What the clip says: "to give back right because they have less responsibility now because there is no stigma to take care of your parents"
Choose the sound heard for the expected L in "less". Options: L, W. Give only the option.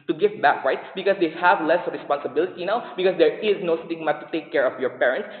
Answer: L